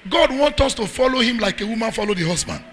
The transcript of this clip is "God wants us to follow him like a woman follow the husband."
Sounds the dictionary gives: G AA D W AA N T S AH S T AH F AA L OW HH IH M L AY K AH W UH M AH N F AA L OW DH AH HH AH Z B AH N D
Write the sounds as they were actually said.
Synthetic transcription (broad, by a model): G AA D W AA N T AH S T AH F AA L OW HH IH M L AY K AH W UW M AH N F AA L OW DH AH HH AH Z B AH N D